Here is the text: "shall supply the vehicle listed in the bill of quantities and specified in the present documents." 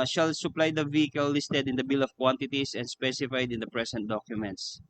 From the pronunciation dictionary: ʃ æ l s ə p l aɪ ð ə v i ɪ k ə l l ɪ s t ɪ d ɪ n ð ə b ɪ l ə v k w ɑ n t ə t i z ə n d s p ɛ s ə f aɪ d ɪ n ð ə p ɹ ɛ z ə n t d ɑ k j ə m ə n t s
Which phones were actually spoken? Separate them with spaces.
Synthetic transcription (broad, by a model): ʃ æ l s ə p l aɪ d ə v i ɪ k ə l l ɪ s t ɪ d ɪ n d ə b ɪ l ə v k w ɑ n t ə t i s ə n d s p ɛ s ə f aɪ d ɪ n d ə p ɹ ɛ s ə n t d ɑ k j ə m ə n t s